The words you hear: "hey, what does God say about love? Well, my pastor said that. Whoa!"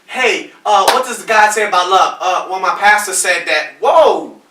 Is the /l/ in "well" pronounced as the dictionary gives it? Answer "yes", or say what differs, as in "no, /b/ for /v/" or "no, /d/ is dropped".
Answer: no, /n/ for /l/